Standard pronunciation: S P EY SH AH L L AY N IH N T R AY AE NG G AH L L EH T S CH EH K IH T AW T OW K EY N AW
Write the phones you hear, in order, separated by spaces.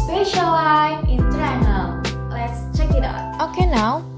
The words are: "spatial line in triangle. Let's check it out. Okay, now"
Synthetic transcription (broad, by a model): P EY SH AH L L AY IH N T AY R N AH L L EH T S CH EH K IH T AW T OW K EY N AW